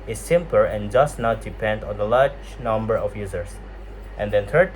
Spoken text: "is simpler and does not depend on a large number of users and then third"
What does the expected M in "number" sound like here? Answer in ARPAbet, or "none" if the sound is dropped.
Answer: M